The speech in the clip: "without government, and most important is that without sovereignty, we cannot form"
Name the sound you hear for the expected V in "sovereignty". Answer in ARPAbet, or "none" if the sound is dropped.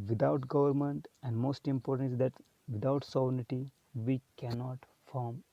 B